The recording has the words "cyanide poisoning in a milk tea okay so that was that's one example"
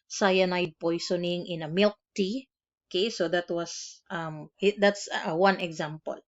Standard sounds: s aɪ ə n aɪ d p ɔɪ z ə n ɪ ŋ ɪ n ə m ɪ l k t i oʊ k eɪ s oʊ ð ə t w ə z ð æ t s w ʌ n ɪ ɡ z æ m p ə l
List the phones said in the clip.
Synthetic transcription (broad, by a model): s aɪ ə n aɪ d p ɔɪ s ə n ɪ ŋ ɪ n ə m ɪ l k t i oʊ k eɪ s oʊ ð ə t w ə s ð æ t s w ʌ n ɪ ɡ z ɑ m p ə l